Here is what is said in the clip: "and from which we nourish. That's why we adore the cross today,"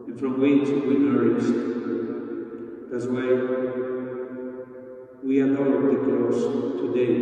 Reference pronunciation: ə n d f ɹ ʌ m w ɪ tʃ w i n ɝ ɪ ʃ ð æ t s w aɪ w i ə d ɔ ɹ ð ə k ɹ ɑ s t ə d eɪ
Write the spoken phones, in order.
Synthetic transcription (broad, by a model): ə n f ɹ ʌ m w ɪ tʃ w i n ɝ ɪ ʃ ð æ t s w aɪ w i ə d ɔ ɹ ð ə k l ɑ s t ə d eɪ